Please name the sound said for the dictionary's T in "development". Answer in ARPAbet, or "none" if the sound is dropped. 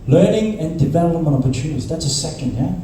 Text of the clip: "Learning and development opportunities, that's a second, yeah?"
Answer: none